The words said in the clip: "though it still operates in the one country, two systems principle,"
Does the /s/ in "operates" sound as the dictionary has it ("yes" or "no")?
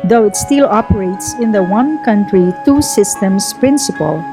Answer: yes